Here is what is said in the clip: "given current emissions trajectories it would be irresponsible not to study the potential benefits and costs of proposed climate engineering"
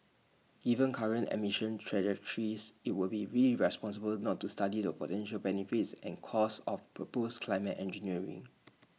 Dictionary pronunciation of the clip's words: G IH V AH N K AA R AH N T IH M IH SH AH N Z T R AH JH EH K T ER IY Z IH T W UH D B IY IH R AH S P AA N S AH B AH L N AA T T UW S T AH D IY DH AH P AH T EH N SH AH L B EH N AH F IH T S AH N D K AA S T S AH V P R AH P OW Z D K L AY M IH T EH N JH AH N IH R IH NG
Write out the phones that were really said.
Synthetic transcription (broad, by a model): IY V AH N K AA R AH N T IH M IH SH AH N T R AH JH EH K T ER IY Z IH T W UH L B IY IH R AH S P AA N S AH B AH L N AA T T UW S T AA D IY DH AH P AH T EH N SH AH L B EH N AH F IH T S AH N K AA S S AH F P R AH P OW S K L AY M IH T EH N JH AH N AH R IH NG